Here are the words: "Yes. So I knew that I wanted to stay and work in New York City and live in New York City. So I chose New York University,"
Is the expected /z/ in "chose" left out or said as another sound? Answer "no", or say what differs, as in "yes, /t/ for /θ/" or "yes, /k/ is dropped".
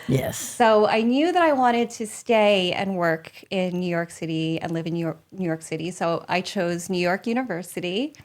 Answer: no